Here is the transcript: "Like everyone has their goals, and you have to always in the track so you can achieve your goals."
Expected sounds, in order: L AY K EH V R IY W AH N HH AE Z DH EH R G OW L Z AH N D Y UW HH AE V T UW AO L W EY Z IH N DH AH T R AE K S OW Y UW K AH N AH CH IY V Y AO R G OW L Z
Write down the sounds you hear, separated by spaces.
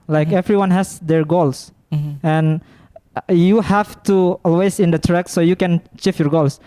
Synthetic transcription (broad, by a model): L AY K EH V R IY W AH N HH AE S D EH R G OW L S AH N Y UW HH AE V T UW AO L W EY S IH N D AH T R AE K S OW Y UW K AH N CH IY F Y AO R G OW L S